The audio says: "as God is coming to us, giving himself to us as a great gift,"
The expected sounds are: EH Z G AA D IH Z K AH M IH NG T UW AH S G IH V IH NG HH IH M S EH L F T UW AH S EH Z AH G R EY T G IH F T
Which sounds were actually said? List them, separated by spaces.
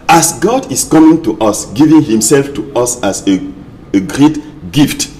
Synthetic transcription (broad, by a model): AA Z G AA D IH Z K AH M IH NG T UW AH S G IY V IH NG HH IH M S EH L F T UW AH S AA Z AH G R EY T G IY F T